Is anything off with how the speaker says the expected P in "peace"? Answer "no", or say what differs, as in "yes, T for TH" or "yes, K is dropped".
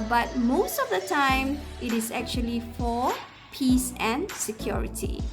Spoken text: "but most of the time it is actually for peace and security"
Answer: no